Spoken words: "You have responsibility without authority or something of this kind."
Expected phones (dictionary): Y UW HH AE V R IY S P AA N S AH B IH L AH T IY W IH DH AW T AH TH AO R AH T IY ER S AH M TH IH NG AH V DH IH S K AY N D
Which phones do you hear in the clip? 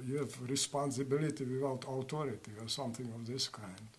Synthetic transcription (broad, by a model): Y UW HH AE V R IY S P AA N S AH B IH L AH T IY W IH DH AW T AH T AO R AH T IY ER S AH M TH IH NG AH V DH IH S K AY N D